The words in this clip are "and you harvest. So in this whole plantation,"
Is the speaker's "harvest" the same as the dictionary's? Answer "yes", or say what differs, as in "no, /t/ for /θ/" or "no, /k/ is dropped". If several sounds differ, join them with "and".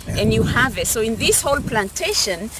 no, /s/ is dropped